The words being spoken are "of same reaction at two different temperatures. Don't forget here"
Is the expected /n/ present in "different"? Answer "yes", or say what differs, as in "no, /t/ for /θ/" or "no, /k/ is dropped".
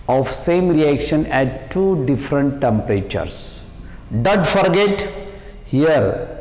yes